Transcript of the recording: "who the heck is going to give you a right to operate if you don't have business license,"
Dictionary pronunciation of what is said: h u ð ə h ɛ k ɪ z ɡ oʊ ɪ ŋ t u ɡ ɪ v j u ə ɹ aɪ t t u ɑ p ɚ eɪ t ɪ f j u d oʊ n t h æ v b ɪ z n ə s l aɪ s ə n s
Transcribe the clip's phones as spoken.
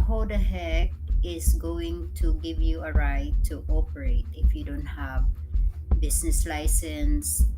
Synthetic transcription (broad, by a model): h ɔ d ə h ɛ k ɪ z ɡ oʊ ɪ ŋ t u ɡ ɪ v j u ə ɹ aɪ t t u ɑ p ɚ eɪ t ɪ f j u d oʊ n t h æ v b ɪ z n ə s l aɪ s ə n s